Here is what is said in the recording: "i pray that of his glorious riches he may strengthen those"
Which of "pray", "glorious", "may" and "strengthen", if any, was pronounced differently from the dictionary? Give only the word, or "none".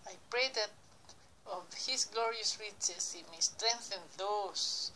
none